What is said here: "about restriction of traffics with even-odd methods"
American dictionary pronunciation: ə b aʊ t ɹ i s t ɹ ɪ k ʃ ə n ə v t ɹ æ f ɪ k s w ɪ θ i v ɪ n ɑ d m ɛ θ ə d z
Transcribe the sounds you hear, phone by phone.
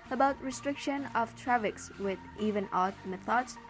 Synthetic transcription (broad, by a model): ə b aʊ t ɹ i s t ɹ ɪ k ʃ ə n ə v t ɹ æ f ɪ k s w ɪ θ i v ɪ n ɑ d m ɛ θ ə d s